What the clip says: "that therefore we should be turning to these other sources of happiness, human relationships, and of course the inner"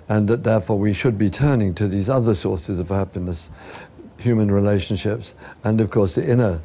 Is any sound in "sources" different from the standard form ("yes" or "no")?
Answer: no